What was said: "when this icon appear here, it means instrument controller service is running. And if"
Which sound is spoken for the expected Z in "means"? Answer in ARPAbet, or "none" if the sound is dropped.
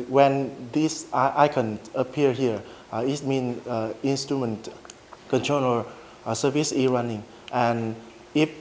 none